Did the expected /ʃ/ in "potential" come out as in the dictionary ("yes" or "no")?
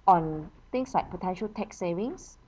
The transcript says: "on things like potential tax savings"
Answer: yes